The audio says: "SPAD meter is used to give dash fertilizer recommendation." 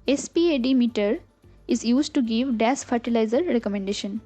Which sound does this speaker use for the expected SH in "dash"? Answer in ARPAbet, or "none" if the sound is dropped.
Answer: S